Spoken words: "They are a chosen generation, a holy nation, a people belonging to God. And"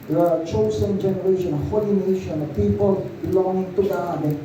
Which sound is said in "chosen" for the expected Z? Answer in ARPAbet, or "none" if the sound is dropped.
S